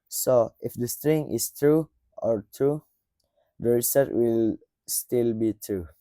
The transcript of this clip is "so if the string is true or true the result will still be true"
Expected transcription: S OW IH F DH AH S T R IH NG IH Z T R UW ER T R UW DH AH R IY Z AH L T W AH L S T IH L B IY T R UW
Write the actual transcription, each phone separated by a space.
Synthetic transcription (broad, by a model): S OW IH F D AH S T R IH NG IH S T R UW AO T R UW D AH R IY S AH T W AH L S T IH L B IY T R UW